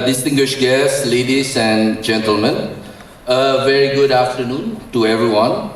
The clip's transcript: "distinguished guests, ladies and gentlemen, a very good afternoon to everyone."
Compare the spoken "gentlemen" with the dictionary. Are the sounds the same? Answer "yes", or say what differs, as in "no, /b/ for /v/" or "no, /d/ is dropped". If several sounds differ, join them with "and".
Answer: yes